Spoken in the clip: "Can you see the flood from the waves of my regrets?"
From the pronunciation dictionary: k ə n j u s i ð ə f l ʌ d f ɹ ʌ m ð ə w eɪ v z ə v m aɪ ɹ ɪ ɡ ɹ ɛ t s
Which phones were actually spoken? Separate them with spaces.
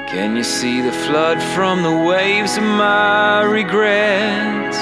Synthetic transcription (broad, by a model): k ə n j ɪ s i ð ə f l ʌ d f ɹ ʌ m ð ə w eɪ v z ə v m aɪ ɹ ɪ ɡ ɹ ɛ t